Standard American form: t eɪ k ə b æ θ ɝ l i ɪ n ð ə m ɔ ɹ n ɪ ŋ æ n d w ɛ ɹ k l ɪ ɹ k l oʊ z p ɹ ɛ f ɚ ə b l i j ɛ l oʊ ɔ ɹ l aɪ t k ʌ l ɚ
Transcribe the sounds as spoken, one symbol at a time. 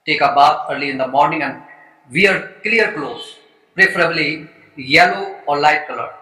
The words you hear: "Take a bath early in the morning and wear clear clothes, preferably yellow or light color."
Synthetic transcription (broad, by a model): t eɪ k ə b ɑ f ɝ l i ɪ n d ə m ɔ ɹ n ɪ ŋ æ n d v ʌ ɹ k l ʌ ɹ k l oʊ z p ɹ ɛ f ɚ ə b l i j ɛ l oʊ ɔ ɹ l aɪ t k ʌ l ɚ